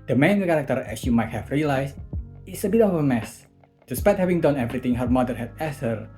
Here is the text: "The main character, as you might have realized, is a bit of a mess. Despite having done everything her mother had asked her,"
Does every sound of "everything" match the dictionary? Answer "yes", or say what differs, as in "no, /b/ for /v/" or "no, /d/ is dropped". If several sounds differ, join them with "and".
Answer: no, /t/ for /θ/